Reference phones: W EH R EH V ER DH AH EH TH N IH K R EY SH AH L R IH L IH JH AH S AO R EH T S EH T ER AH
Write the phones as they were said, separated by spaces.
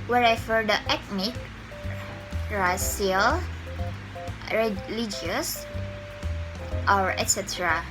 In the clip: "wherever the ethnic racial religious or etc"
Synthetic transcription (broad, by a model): W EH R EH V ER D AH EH T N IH K R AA S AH L R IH L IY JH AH S AO R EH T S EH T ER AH